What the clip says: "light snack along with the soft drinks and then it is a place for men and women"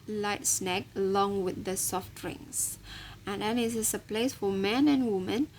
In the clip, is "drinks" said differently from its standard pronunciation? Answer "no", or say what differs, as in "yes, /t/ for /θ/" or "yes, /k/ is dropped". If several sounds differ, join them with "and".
yes, /k/ is dropped